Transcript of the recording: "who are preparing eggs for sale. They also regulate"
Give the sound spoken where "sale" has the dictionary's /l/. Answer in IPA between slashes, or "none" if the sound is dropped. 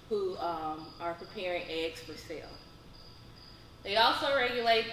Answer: /l/